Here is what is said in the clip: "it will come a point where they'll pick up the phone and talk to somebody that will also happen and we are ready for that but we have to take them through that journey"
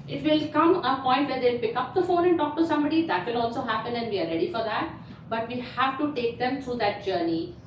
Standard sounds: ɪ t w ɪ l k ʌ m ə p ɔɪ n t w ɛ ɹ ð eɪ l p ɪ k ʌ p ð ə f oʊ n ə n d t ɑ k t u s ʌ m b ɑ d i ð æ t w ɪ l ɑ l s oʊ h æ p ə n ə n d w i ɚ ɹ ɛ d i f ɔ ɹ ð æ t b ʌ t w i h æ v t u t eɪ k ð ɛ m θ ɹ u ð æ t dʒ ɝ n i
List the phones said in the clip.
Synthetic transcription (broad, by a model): ɪ t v ɪ l k ʌ m ə p ɔɪ n t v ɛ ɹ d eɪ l p ɪ k ʌ p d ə f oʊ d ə n t ɑ k t u s ʌ m b ɑ d i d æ t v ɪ l ɑ l s oʊ h æ p ə n ə n d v i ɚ ɹ ɛ d i f ɔ ɹ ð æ t b ʌ t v i h æ v t u t eɪ k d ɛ m t ɹ u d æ t dʒ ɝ n i